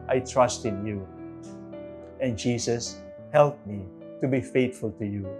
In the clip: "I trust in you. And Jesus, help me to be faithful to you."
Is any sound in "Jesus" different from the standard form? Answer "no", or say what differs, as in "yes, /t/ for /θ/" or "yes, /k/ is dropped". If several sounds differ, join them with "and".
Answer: yes, /s/ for /z/